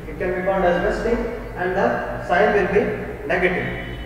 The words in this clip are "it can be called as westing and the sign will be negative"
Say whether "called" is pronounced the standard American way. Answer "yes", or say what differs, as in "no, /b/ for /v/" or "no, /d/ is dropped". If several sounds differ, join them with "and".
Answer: no, /n/ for /l/